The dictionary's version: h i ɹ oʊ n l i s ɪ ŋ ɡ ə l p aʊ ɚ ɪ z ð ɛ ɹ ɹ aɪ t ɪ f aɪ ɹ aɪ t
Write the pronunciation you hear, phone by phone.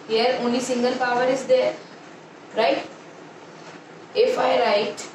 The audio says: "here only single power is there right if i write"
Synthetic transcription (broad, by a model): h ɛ ɹ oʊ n i s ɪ ŋ ɡ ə l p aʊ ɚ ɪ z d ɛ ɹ ɹ aɪ t ɪ f aɪ ɹ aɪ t